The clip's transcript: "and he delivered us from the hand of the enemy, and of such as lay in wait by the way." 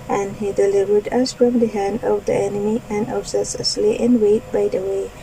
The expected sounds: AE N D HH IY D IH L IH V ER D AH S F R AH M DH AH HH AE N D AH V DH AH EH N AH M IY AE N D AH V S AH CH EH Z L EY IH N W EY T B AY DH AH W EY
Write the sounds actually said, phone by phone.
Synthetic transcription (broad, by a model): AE N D HH IY D IH L IH V ER D AH S F R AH M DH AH HH AE N D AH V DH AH EH N AH M IY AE N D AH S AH S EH S L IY IH N W EY T B AY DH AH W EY